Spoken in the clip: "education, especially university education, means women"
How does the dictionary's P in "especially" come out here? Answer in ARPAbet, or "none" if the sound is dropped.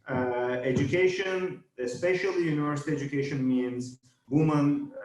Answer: P